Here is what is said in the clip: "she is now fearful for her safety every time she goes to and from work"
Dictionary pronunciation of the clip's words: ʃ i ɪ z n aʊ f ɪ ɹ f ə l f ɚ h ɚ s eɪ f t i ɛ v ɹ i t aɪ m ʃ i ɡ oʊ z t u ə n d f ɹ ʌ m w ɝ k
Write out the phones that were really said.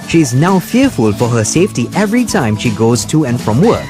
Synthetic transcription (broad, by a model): ʃ i ɪ z n aʊ f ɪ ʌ f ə l f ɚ h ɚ s eɪ f t i ɛ v ɹ i t aɪ m ʃ i ɡ oʊ z t u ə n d f ɹ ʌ m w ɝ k